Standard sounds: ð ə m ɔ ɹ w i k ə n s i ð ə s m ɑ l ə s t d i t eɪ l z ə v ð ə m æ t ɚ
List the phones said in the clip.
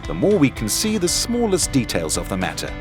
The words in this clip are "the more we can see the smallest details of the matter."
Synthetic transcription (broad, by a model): ð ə m ɔ ɹ w i k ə n s i ð ə s m ɑ l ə s d i t eɪ l z ə v ð ə m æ t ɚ